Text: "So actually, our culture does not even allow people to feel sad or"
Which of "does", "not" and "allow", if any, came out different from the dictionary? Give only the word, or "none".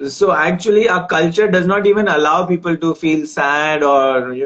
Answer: none